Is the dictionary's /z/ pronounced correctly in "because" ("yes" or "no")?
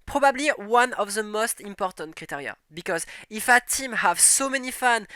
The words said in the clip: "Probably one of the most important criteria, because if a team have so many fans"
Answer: yes